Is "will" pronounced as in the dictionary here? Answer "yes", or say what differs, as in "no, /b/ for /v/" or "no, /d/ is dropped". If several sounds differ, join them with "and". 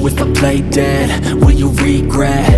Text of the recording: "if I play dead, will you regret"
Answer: no, /n/ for /l/